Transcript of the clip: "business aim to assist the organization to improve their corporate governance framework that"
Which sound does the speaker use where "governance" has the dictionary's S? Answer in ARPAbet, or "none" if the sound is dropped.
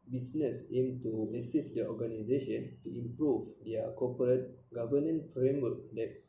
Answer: none